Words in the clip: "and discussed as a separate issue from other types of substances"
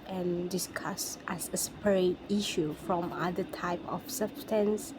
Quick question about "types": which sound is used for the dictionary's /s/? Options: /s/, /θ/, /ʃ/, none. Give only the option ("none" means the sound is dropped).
none